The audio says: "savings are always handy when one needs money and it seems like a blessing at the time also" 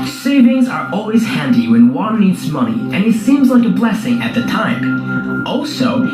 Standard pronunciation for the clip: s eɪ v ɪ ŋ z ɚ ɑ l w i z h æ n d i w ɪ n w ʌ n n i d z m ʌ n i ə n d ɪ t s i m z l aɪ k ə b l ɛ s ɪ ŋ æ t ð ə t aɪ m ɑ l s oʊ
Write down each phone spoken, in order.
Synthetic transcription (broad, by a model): s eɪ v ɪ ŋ z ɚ ɑ l w i z h æ n d i w ɪ n w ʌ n n i d z m ʌ n i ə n ɪ t s i m z l aɪ k ə b l ɛ s ɪ ŋ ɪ t ð ə t aɪ m ɑ l s oʊ